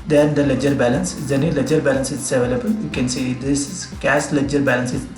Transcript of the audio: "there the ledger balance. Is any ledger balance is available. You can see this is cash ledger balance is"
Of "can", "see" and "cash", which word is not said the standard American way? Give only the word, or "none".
cash